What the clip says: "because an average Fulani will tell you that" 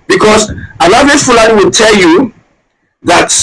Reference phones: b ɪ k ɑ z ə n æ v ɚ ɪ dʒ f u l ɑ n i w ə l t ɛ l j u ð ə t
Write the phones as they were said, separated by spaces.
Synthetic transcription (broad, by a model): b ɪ k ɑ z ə l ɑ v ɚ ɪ f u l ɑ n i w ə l t ɛ l j u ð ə t